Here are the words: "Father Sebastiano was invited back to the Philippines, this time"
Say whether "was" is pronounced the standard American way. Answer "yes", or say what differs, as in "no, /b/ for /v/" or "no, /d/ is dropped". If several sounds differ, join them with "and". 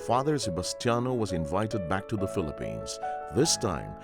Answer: yes